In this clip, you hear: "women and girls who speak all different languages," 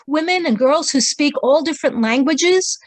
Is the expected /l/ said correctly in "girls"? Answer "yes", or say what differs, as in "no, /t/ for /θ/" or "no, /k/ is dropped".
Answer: yes